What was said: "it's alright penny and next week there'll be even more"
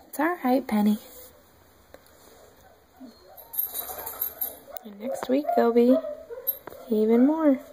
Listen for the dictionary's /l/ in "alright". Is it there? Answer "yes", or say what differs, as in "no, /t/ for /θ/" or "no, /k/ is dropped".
no, /l/ is dropped